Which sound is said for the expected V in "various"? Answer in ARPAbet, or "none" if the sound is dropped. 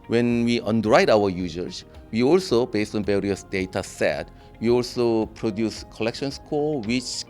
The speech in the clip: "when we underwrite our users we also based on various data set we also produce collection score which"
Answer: B